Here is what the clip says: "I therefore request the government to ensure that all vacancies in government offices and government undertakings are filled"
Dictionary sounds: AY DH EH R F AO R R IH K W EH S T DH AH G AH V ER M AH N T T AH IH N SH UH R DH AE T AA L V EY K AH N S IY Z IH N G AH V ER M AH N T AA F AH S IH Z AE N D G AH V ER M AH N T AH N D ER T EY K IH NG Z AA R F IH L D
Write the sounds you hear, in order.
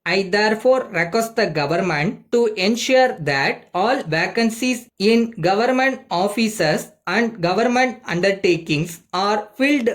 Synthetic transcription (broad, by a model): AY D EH R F AO R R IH K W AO S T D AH G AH V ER M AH N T T AH N SH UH R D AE T AA L V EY K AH N S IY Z IH N G AH V ER M AH N T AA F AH S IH S AE N D G AH V ER M AH N T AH N D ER T EY K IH NG S AA R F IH L D